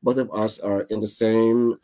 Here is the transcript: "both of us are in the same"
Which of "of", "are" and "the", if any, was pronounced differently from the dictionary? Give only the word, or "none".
none